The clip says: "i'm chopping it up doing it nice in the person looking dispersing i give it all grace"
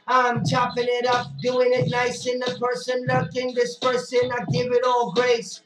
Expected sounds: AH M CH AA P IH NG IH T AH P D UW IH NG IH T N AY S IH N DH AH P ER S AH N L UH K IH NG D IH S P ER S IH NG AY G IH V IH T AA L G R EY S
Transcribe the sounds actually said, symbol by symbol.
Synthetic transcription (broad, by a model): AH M CH AA P IH NG IH T AH P D UW IH NG IH T N AY S IH N DH AH P ER S AH N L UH K IH NG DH IH S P ER S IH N AY G IH V IH T AA L G R EY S